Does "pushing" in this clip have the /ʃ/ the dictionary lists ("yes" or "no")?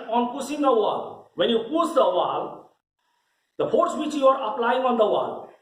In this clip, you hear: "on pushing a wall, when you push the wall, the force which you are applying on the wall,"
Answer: no